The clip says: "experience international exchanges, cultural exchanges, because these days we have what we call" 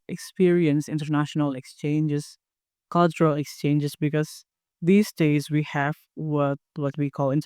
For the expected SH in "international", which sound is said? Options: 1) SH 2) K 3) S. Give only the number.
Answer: 1